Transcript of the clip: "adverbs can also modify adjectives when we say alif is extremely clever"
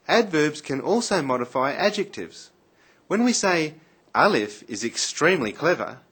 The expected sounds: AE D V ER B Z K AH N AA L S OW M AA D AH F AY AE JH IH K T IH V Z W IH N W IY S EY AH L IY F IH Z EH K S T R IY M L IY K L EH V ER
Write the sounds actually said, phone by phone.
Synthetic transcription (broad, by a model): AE D V ER B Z K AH N AA L S OW M AA D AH F AY AE JH IH K T IH V Z W IH N W IY S EY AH L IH F IH Z EH K S T R IY M L IY K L EH V ER